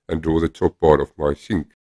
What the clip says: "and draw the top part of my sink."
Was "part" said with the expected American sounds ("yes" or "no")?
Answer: no